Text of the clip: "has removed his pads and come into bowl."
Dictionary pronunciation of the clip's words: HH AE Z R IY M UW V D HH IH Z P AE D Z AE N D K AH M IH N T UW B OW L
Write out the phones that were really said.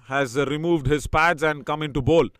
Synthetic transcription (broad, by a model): HH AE Z R IY M UW V D HH IH Z P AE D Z AE N D K AH M IH N T UW B OW L